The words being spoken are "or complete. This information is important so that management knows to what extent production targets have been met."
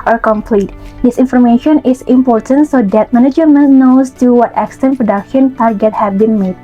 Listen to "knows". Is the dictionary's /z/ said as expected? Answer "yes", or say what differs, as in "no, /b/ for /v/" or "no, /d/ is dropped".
no, /s/ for /z/